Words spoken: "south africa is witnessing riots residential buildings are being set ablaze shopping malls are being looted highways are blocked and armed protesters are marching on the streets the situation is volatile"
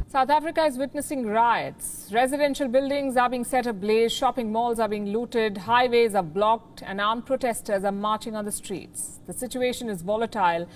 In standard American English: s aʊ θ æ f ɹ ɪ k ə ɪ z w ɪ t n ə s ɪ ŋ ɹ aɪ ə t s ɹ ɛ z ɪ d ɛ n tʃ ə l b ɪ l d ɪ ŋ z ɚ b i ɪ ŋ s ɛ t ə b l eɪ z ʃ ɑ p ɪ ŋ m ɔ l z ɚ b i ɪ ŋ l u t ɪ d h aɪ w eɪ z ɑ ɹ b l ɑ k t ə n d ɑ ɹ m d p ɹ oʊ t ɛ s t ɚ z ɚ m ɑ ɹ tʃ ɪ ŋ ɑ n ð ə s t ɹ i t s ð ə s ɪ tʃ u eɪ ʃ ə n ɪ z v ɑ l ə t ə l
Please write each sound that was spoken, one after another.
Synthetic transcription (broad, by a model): s aʊ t æ f ɹ ɪ k ə ɪ z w ɪ t n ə s ɪ ŋ ɹ aɪ ə t s ɹ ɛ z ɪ d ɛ n ʃ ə l b ɪ l d ɪ ŋ z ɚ b i ɪ ŋ s ɛ t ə b l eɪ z ʃ ɑ p ɪ ŋ m ɔ l z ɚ b i ɪ ŋ l u t ɪ d h aɪ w eɪ z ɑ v b l ɑ k t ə n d ɑ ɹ m p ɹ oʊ t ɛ s t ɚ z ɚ m ɑ ɹ tʃ ɪ ŋ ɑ n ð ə s t ɹ i t s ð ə s ɪ tʃ u eɪ ʃ ə n ɪ z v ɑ l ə t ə l